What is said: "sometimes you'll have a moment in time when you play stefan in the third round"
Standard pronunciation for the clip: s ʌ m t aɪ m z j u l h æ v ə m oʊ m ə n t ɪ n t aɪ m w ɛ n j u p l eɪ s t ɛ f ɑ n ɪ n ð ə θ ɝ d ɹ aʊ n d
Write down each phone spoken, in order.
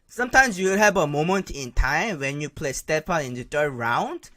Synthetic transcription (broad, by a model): s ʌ m t aɪ m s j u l h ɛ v ə m oʊ m ə n t ɪ n t aɪ m w ɛ n j u p l eɪ s t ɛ p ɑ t ɪ n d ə t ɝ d ɹ aʊ n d